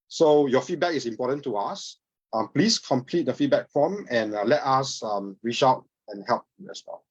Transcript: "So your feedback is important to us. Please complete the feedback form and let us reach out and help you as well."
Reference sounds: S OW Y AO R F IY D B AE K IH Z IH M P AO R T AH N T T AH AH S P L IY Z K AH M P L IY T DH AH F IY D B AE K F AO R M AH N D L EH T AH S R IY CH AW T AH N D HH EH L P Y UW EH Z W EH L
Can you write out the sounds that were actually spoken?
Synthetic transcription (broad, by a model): S OW Y AO F IY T B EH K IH S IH M P AO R T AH N T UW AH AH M P L IY S K AH M P L IY T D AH F IY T B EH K F AO M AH N L EH T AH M R IY CH AW T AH N HH EH L P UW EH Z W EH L